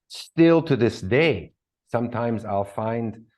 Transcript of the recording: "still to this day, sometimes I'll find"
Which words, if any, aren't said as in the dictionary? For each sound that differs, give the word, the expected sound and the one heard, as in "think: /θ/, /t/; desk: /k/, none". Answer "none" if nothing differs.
none